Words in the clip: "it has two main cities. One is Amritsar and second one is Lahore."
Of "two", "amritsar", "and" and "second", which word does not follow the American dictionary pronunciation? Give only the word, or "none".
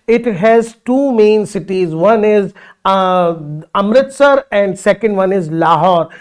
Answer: none